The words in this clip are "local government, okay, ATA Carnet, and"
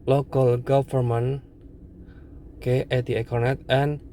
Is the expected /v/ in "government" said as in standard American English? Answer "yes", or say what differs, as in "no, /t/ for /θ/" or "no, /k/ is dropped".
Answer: no, /f/ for /v/